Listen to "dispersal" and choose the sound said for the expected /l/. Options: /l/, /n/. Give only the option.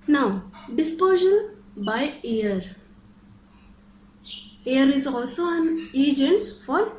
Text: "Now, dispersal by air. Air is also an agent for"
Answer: /n/